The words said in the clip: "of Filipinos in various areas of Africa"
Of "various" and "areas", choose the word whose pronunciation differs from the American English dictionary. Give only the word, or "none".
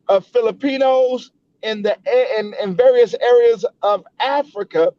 none